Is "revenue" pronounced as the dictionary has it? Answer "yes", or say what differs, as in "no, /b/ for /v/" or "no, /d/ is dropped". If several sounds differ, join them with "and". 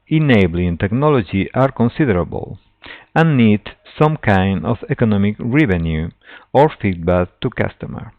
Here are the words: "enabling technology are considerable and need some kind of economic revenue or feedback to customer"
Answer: yes